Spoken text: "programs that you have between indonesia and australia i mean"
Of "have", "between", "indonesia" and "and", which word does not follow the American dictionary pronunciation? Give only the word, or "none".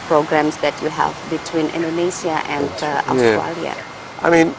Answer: indonesia